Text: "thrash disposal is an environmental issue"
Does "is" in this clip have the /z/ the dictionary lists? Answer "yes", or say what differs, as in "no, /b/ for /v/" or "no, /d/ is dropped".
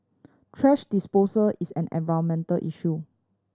no, /s/ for /z/